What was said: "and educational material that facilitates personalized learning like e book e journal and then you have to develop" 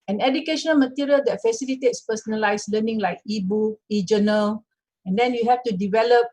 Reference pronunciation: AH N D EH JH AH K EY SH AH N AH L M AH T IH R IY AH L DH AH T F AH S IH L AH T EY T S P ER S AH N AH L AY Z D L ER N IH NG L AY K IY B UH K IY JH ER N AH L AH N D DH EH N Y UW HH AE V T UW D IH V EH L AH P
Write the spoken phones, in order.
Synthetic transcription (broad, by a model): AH N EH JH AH K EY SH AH N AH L M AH T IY R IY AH L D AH T F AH S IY L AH T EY T S P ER S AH N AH L AY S L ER N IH NG L AY K IY B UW IY JH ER N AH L AH N D EH N Y UW HH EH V T UW D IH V EH L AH P